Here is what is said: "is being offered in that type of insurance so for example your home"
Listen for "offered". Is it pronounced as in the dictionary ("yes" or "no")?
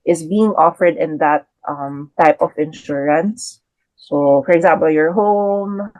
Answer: yes